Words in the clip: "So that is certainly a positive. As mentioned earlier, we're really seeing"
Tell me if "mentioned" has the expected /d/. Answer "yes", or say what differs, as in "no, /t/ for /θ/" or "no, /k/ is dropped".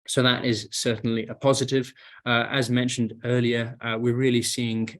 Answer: yes